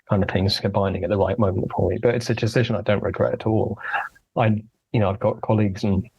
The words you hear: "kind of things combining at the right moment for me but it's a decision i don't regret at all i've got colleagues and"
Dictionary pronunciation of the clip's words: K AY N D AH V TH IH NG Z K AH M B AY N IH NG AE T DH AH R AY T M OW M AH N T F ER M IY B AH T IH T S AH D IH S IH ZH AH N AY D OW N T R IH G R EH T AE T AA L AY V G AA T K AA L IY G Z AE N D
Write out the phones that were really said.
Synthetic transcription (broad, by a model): K AY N D AH V TH IH NG Z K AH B AY N IH NG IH T DH AH R AY T M OW M AH N T F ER M IY B AH T IH T S AH D IH S IH ZH AH N AY D OW N T R IH G R EH T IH T AA L AY V G AA T K AA L IY G Z N